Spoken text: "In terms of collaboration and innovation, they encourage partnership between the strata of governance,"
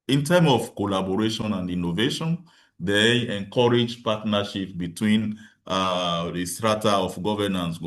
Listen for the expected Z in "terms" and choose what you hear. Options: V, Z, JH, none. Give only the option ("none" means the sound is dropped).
none